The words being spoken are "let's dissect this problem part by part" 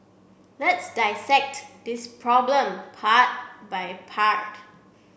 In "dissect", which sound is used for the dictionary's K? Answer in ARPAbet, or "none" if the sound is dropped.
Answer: K